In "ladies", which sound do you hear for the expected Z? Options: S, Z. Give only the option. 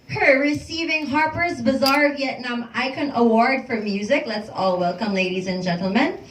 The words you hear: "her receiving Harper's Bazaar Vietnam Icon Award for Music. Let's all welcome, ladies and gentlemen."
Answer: Z